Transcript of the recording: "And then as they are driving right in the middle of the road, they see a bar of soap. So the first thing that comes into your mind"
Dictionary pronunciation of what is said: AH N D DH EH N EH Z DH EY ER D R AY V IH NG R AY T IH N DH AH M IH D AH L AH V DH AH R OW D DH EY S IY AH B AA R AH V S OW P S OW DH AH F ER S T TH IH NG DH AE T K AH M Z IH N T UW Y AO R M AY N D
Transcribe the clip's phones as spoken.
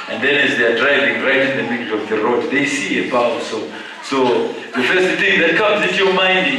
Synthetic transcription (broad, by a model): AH N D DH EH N EH Z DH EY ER D R AY V IH NG R AY T IH N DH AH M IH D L AH V DH AH R OW D DH EY S IY AH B AA W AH S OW S OW DH AH F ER S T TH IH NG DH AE T K AH M Z IH N T UW Y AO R M AY N D